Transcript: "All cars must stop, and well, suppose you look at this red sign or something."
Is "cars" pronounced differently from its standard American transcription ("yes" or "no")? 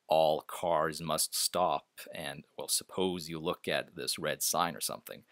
no